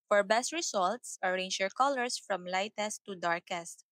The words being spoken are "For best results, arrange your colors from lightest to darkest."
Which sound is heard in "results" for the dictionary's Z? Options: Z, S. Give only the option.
S